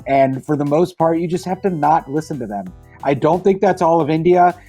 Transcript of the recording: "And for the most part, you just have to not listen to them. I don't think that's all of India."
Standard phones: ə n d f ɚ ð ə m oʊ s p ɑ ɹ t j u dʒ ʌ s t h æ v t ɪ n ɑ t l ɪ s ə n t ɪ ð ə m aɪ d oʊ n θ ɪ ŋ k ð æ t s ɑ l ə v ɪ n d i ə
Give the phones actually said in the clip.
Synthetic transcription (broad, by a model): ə n f ɚ ð ə m oʊ s p ɑ ɹ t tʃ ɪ dʒ ʌ s t h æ f t ɪ n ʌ t l ɪ s ə n t ɪ ð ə m aɪ d oʊ n θ ɪ ŋ k ð æ t s ɑ l ə v ɪ n d i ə